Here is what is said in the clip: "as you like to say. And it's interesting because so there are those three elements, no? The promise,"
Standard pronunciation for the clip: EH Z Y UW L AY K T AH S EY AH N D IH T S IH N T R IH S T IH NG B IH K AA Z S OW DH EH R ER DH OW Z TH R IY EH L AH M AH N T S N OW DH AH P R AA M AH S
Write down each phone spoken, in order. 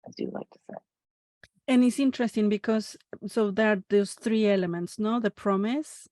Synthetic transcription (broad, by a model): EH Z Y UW L AY K T AH S EY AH N IH T S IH N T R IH S T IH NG B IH K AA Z S OW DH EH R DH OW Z TH R IY EH L AH M AH N T S N OW DH AH P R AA M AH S